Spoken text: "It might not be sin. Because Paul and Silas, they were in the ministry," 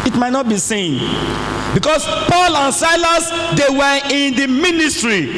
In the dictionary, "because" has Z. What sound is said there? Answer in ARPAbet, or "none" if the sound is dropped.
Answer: S